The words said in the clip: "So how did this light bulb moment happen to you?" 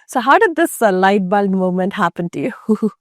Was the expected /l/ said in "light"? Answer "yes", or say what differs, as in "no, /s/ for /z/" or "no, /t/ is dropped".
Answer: yes